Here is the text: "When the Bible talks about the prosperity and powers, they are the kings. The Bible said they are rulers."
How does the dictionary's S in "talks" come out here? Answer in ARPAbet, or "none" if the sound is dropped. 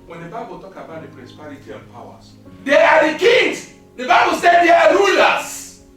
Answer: none